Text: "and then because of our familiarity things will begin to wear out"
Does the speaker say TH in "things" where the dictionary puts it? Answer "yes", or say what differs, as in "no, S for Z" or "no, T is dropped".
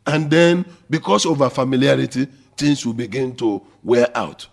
no, T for TH